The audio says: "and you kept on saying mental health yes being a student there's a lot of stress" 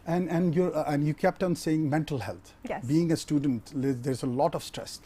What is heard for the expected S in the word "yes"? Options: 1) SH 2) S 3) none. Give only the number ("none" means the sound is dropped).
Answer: 3